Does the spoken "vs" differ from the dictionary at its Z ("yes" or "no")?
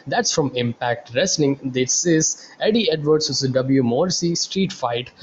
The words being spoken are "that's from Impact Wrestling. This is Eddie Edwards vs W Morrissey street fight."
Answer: yes